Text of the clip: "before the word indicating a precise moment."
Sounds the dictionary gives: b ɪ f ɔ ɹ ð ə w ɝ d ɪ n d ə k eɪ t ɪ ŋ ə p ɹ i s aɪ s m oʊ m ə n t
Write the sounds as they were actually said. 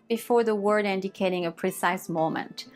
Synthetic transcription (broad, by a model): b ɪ f ɔ ɹ ð ə w ɝ d ɪ n d ə k eɪ t ɪ ŋ ə p ɹ i s aɪ s m oʊ m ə n t